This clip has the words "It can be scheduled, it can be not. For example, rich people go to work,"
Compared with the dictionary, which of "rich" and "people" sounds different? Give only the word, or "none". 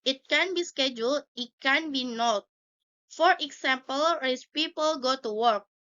rich